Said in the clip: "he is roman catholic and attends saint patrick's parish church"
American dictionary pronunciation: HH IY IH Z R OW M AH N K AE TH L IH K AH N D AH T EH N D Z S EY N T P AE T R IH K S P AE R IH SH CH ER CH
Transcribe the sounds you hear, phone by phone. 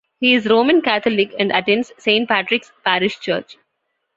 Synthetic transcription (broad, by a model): HH IY IH Z R OW M AH N K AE T L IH K AH N D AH T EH N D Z S EY N T P AE T R IH K S P AE R IH SH CH ER CH